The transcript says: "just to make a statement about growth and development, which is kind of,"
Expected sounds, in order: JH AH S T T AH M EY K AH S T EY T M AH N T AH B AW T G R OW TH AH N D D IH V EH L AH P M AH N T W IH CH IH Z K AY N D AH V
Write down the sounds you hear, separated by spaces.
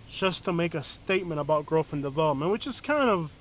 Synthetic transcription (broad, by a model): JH AH S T T AH M EY K AH S T EY T M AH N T AH B AW T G R OW F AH N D D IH V EH L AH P M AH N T W IH CH IH Z K AY N D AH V